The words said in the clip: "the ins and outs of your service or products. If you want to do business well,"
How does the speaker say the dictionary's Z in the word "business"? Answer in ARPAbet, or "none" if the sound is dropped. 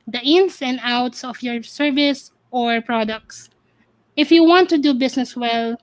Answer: S